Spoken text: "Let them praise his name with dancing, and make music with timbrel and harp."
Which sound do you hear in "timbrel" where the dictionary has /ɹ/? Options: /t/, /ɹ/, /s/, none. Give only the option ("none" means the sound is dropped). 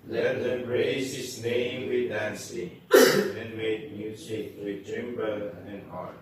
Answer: none